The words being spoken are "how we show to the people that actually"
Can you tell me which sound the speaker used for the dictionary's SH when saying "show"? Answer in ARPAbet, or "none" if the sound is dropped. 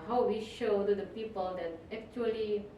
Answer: SH